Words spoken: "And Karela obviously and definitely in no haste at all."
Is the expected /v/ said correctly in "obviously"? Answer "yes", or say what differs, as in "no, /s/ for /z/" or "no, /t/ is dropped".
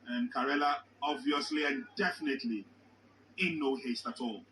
yes